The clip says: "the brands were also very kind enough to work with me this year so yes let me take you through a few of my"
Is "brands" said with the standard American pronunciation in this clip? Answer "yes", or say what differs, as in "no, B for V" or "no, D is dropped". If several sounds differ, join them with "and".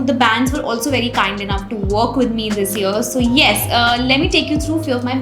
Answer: no, R is dropped